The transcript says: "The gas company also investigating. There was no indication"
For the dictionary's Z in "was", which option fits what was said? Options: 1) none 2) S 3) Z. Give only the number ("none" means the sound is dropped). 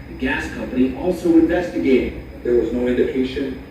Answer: 3